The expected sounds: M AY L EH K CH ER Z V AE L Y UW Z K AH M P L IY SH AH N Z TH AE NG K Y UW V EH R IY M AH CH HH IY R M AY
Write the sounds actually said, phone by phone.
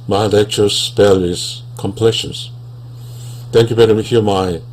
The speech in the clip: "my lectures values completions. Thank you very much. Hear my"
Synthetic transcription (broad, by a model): M AY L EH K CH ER S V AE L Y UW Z K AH M P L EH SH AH N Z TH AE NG K Y UW B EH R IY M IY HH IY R M AY